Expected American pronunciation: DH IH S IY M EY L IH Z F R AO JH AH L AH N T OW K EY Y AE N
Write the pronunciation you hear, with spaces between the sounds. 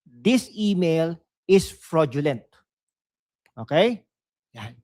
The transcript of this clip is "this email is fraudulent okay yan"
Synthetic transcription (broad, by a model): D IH S IY M EY L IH S F R AO JH AH L AH N T OW K EY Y